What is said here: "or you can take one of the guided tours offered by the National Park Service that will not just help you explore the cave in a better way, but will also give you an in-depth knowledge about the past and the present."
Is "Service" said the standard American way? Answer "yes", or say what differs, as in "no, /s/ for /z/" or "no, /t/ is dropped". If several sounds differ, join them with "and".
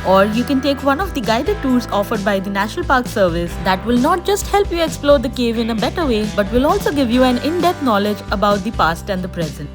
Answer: yes